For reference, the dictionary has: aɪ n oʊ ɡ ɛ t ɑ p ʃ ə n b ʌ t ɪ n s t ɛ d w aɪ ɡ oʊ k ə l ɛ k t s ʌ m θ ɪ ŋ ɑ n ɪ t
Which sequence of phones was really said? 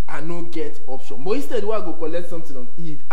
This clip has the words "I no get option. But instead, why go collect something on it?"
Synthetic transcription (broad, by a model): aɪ n oʊ ɡ ɛ t ɑ p ʃ ə n b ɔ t ɪ n s t ɛ d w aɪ ɡ oʊ k ə l ɛ k t s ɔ m t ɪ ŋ ɑ n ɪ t